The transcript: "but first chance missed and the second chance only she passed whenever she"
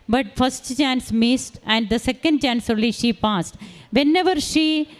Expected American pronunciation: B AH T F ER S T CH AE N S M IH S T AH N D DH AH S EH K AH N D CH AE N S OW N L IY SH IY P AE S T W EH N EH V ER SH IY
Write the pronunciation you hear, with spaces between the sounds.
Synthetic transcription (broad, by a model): B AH T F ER S T CH AE N S M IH S T AH N D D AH S EH K AH N D CH AE N S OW L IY SH IY P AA S T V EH N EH V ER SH IY